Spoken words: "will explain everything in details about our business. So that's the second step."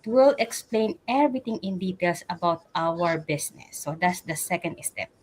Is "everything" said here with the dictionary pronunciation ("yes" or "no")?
no